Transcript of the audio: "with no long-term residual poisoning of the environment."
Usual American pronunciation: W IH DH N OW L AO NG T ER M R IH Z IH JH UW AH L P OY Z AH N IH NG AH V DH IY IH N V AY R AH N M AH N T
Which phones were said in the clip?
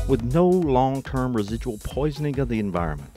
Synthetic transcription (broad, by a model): W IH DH N OW L AO NG T ER M R IH Z IH JH UW AH L P OY Z AH N IH NG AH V DH IY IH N V AY R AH N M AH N T